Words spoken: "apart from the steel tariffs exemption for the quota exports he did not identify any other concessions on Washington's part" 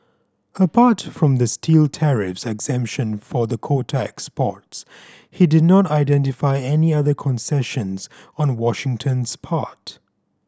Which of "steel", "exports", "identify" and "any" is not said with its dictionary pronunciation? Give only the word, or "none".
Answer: none